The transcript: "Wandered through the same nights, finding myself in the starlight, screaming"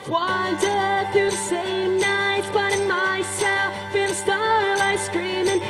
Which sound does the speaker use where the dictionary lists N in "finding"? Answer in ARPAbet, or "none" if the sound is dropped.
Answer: none